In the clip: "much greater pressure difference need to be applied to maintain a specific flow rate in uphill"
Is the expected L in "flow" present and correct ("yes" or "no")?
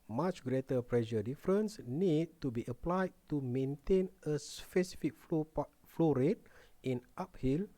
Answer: yes